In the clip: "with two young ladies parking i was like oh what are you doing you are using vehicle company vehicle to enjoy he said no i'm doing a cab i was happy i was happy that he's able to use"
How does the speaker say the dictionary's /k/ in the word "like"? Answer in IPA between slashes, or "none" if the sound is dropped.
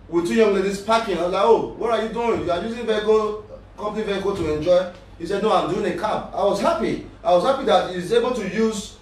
none